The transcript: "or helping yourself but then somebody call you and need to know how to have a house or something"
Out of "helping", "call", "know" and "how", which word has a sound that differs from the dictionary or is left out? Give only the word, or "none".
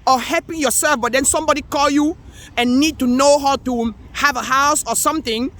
helping